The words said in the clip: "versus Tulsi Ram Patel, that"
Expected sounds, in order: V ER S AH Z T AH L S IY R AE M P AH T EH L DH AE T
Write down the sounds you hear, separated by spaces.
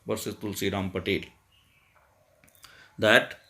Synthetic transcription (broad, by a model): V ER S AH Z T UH L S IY R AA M P AH T EH L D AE T